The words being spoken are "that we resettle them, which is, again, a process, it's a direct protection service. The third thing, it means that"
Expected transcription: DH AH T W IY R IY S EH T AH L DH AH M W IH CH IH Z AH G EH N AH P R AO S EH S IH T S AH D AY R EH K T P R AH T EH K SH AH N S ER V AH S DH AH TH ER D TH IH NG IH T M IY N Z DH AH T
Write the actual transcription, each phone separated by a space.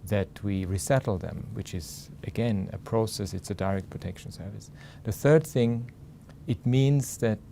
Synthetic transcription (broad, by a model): DH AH T W IY R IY S EH T L DH AH M W IH CH IH Z AH G EH N AH P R AO S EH S IH T S AH D AY R EH K T P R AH T EH K SH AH N S ER V AH S DH AH TH ER D TH IH NG IH T M IY N Z DH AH T